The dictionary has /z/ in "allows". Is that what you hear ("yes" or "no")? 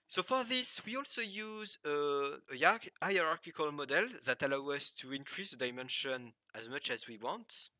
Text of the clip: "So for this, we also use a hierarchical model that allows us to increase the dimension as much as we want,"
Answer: no